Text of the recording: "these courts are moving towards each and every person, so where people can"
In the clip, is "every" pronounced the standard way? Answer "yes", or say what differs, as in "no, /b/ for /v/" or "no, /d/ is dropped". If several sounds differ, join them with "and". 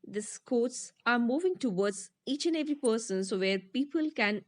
yes